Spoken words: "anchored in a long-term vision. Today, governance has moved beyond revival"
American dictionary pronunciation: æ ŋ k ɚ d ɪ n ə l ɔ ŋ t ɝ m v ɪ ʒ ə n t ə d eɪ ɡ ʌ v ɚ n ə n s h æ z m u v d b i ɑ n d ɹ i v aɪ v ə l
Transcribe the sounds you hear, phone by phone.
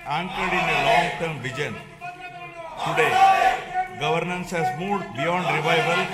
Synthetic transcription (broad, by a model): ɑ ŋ k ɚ d ɪ n ə l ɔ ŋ t ɝ m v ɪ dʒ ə n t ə d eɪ ɡ ʌ v ɚ n ə n s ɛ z m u d b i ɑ n d ɹ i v aɪ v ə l